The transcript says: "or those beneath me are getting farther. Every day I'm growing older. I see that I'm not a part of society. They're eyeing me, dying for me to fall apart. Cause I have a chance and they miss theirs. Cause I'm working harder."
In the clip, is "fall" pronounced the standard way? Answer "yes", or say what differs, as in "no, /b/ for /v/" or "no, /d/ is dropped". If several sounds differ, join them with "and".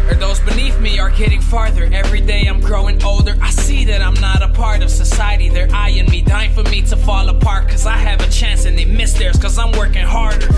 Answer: yes